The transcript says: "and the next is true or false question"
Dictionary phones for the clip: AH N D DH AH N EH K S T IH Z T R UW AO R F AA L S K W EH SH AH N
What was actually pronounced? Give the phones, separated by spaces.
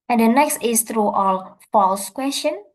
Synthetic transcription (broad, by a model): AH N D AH N EH K S T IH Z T R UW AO L F AA L S K W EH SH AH N